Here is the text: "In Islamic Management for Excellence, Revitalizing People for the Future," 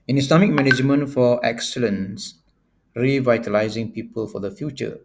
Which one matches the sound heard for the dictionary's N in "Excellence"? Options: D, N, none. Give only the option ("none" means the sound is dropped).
N